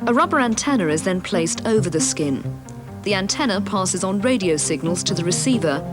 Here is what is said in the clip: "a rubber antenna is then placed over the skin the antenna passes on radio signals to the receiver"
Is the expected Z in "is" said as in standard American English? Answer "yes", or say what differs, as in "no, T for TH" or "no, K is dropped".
yes